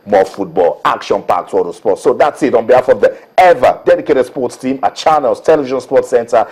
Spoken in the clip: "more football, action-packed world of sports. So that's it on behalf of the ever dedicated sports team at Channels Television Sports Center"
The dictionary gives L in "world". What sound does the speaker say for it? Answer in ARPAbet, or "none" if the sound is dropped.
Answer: none